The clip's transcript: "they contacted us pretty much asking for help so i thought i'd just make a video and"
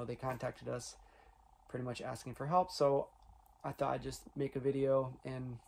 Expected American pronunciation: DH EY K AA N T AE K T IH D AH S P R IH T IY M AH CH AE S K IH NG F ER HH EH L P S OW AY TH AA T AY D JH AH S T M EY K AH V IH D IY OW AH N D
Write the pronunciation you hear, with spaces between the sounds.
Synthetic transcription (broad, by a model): DH EY K AA N T AE K T IH D AH S P R IH T IY M AH CH AE S K IH NG F ER HH EH L P S OW AY TH AA T AY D JH AH S T M EY K AH V IH D IY OW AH N